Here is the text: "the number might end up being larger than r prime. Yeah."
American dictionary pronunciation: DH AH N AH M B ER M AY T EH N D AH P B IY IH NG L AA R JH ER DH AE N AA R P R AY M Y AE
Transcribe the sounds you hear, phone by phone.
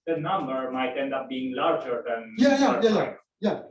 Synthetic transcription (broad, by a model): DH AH N AH M B ER M AY T EH N D AH P B IY IH NG L AA R JH ER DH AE N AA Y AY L Y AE